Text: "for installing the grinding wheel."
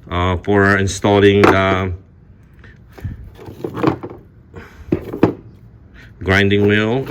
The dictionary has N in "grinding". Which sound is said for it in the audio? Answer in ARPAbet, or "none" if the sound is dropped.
N